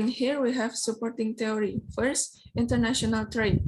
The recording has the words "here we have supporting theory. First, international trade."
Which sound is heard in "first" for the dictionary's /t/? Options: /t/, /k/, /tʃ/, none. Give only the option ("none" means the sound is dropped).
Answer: /t/